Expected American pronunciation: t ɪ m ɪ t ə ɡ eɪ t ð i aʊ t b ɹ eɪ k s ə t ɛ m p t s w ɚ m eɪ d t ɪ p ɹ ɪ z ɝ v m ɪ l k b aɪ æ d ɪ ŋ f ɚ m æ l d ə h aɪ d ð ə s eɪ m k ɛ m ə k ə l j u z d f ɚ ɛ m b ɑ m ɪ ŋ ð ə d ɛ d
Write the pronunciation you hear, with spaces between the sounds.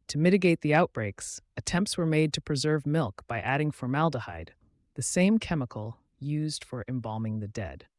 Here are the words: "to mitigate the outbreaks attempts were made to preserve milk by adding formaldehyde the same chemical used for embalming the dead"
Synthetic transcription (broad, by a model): t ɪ m ɪ t ə ɡ eɪ t ð i aʊ t b ɹ eɪ k s ə t ɛ m p t s w ɚ m eɪ d t ɪ p ɹ ɪ z ɝ v m ɪ l k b aɪ æ d ɪ ŋ f ɚ m æ l d ə h aɪ d ð ə s eɪ m k ɛ m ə k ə l j u z d f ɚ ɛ m b ɑ m ɪ ŋ ð ə d ɛ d